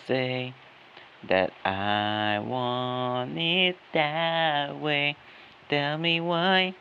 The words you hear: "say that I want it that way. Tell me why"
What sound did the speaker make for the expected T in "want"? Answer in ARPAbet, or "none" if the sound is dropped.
none